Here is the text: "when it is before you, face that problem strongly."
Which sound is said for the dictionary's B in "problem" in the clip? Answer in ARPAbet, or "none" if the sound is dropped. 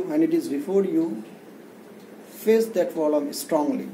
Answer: none